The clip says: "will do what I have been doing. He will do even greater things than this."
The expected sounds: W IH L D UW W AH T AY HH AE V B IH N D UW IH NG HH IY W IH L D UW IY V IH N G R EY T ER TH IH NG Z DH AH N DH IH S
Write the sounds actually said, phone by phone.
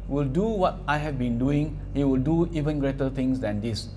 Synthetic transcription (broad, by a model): W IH L D UW W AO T AY HH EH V B IH N D UW IH NG HH IY W IH L D UW IY V IH N G R EY T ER T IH NG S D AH N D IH S